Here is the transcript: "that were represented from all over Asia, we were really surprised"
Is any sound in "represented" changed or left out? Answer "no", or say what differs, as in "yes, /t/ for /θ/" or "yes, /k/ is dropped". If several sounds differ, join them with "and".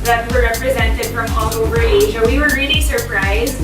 no